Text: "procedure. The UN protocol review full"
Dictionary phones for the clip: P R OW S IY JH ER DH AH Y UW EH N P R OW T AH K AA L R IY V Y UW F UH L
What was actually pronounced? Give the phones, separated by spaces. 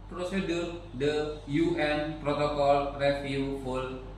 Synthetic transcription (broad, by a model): P R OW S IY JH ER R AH Y UW EH N P R OW T AH K AA L R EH F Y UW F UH L